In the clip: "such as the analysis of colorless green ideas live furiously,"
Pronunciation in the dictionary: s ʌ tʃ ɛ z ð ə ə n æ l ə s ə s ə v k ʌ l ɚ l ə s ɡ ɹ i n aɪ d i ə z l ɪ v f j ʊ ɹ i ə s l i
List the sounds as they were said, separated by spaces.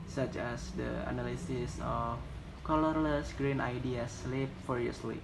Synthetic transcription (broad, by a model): s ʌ tʃ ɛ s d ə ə n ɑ l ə s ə s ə f k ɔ l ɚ l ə s ɡ ɹ i n aɪ d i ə s l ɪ p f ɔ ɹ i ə s l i